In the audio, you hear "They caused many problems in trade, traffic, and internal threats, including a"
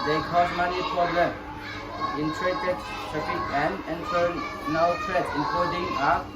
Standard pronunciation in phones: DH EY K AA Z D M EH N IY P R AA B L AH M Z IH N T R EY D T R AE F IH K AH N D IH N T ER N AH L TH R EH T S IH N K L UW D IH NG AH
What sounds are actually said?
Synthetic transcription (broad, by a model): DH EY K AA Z M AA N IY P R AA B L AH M IH N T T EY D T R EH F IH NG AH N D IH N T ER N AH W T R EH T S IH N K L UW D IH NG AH